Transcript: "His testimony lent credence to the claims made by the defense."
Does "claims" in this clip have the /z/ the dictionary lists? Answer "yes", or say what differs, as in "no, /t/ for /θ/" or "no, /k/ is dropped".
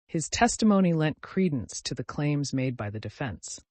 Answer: yes